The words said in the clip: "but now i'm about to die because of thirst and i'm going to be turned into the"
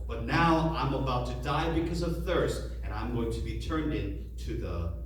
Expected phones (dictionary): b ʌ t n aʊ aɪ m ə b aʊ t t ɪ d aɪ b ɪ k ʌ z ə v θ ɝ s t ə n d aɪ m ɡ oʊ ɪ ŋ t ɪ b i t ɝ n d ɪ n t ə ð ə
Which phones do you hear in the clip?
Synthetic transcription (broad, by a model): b ʌ t n aʊ aɪ m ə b aʊ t t ɪ d aɪ b ɪ k ʌ z ə v θ ɝ s t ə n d aɪ m ɡ oʊ ɪ ŋ t ɪ b i t ɝ n d ɪ n t ə ð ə